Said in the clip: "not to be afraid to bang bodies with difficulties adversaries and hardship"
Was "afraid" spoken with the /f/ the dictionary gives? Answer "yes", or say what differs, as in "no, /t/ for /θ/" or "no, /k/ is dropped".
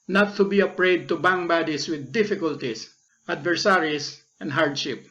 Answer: no, /p/ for /f/